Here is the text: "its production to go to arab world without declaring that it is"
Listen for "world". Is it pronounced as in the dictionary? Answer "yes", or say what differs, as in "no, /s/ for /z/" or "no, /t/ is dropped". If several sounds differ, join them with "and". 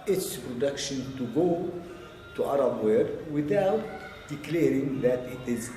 no, /l/ is dropped